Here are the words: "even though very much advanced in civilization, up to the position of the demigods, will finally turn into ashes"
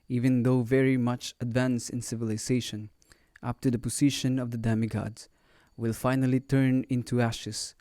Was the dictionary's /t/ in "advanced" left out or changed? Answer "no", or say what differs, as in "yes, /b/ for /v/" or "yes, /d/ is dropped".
yes, /t/ is dropped